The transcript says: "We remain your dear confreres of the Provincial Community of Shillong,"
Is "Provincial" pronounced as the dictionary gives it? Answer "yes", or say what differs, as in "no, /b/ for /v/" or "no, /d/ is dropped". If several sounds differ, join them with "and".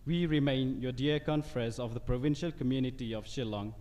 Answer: yes